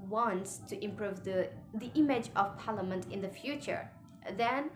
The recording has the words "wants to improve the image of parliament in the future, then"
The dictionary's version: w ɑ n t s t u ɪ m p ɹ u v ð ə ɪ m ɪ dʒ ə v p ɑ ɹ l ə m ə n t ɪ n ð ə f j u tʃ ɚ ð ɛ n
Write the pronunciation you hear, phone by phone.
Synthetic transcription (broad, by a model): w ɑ n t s t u ɪ m p ɹ u v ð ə ɪ m ɪ dʒ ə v p ɑ ɹ l ə m ə n t ɪ n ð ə f j u tʃ ɚ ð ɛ n